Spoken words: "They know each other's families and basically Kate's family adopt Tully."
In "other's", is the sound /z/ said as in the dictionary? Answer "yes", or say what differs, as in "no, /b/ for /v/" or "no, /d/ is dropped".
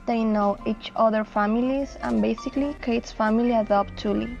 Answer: no, /z/ is dropped